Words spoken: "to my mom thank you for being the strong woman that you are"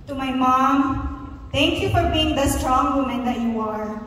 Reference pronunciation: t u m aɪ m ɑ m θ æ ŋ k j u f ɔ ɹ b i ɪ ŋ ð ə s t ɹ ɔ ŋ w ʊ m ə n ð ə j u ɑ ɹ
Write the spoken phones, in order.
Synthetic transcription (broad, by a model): t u m aɪ m ɑ m t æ ŋ k j u f ɔ ɹ b i ɪ ŋ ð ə s t ɹ ɔ ŋ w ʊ m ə n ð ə j u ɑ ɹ